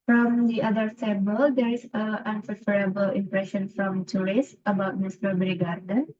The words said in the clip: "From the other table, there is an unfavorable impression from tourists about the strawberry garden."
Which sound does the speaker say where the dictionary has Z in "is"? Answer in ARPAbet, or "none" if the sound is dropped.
S